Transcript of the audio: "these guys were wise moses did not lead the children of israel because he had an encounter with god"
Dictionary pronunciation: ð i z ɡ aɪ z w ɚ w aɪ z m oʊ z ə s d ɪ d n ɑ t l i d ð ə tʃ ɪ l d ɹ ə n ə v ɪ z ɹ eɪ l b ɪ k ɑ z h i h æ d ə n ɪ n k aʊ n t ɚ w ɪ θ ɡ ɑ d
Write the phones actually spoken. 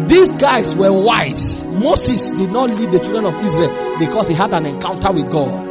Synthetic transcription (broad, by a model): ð i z ɡ aɪ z w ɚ w aɪ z m oʊ s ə s d ɪ d n ɑ t l i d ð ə tʃ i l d ɹ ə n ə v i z ɹ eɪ l b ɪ k ɑ s h i h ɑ d ə n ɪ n k aʊ n t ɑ w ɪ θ ɡ ɑ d